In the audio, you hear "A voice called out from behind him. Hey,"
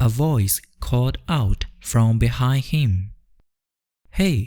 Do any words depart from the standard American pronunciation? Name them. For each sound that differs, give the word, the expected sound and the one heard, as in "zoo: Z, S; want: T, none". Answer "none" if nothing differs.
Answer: called: L, none